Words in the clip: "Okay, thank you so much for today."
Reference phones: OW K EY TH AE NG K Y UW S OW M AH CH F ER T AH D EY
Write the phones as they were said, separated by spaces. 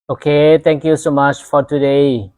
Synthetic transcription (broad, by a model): OW K EY T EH NG K Y UW S OW M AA CH F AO T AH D EY